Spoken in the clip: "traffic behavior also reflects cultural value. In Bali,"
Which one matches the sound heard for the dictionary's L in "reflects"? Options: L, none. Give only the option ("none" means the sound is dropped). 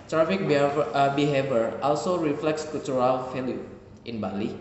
L